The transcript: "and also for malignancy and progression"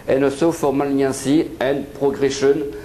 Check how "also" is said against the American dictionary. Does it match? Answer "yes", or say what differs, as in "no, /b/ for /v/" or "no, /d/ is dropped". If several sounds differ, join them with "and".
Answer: no, /l/ is dropped